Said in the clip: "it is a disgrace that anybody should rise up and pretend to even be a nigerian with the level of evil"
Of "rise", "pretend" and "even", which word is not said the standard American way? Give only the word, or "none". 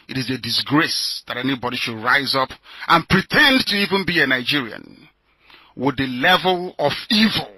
none